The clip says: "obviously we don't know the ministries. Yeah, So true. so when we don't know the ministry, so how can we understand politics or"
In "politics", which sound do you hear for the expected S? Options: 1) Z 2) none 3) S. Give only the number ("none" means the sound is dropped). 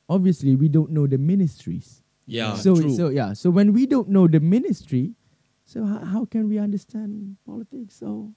3